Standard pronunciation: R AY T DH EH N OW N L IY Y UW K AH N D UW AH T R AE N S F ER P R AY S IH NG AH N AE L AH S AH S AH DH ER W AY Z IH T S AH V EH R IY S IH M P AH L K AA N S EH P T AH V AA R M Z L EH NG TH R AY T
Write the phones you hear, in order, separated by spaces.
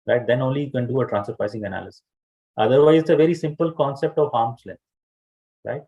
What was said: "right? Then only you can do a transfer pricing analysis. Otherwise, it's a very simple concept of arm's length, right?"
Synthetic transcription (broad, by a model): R AY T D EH N OW N L IY Y UW K AH N D UW AH T R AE N S ER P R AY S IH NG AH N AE L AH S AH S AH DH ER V AY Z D AH V EH R IY S IH M P AH L K AA N S EH P T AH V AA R M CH L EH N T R AY T